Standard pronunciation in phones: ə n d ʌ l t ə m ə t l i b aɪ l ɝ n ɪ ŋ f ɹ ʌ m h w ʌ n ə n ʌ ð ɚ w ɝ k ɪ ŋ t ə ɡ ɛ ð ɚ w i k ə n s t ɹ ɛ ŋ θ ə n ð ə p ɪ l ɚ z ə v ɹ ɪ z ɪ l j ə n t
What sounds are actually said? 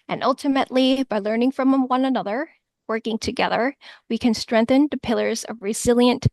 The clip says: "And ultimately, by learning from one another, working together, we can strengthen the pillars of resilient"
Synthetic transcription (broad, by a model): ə n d ʌ l t ə m ə t l i b aɪ l ɝ n ɪ ŋ f ɹ ʌ m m w ʌ n ə n ʌ ð ɚ w ɝ k ɪ ŋ t ə ɡ ɛ ð ɚ w i k ə n s t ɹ ɛ ŋ θ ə n ð ə p ɪ l ɚ z ə v ɹ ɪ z ɪ l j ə n t